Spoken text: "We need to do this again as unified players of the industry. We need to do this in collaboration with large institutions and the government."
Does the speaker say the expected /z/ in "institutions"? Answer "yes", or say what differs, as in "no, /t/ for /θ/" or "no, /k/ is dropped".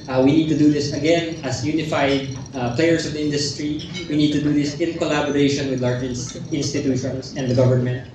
no, /s/ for /z/